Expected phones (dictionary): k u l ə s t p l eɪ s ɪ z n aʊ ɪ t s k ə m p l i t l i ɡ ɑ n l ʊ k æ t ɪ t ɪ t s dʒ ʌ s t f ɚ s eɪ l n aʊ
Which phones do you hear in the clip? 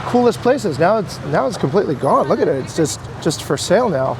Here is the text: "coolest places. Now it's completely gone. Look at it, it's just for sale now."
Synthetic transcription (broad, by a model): k u l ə s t p l eɪ s ɪ z n aʊ ɪ t s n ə m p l i t l i ɡ ɑ n l ʊ k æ t ɪ t ɪ t s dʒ ʌ s t f ɚ s eɪ l n aʊ